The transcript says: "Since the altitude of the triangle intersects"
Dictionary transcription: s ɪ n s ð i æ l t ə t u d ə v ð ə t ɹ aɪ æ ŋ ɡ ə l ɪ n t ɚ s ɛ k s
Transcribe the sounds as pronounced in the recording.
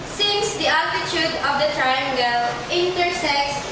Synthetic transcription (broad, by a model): s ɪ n s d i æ t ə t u d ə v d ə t ɹ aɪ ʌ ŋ ɡ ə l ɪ n t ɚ s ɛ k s